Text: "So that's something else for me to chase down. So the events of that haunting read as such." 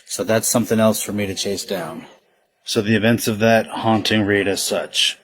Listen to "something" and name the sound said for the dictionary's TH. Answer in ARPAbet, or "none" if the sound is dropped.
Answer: TH